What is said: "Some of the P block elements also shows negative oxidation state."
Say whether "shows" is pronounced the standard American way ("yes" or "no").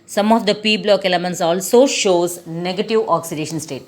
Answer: yes